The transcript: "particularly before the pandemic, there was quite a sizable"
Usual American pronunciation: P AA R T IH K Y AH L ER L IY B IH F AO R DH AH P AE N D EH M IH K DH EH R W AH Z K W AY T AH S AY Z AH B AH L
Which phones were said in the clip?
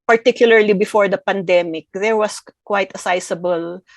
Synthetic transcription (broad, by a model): P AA R T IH K Y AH L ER L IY B IH F AO R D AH P AE N D EH M IH K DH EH R W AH S K W AY T AH S AY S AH B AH L